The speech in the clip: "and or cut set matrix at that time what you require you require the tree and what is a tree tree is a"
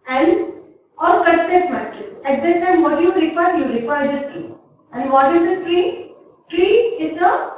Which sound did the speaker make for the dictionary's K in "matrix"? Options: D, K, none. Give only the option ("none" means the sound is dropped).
none